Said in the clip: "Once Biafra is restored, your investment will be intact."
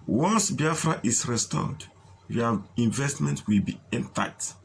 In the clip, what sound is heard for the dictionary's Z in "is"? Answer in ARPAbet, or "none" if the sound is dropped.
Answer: S